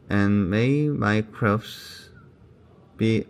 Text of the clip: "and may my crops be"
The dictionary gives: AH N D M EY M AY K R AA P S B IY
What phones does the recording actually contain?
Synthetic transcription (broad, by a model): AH N M EY M AY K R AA F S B IY